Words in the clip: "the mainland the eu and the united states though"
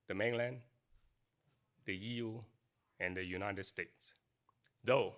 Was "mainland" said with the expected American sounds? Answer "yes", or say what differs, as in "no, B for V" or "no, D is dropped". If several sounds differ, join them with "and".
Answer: yes